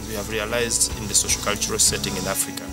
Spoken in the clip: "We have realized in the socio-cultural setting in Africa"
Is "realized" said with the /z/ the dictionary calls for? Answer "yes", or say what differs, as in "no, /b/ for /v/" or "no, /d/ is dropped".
yes